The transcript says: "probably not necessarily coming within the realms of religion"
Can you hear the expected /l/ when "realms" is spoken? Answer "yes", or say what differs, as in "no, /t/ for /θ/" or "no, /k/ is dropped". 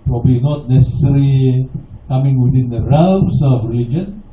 no, /l/ is dropped